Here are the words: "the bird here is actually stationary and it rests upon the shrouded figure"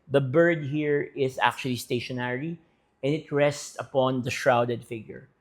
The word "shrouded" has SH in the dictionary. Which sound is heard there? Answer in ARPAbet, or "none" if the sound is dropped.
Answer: SH